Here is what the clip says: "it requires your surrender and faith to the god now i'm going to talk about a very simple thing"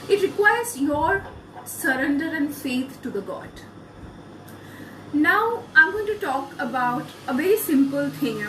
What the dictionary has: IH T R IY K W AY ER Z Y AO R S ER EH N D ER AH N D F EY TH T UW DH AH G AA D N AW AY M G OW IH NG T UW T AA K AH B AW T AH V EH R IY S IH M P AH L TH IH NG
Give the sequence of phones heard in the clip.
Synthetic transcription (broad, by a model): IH T R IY K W AY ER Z Y AO R S ER EH N D ER AH N D F EY T T UW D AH G AA D N AW AY M G OW IH NG T UW T AA K AH B AW T AH V EH R IY S IH M P AH L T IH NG